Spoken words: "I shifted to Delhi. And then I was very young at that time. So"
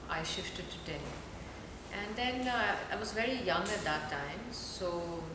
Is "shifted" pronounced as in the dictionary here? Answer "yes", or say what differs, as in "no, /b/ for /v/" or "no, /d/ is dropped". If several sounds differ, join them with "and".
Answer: yes